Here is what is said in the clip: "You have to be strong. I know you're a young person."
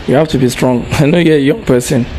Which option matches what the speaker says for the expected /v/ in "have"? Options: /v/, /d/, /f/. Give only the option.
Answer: /f/